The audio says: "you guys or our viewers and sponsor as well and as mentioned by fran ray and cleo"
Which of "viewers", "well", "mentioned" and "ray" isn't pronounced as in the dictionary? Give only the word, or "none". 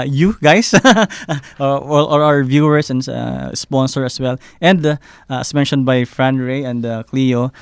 viewers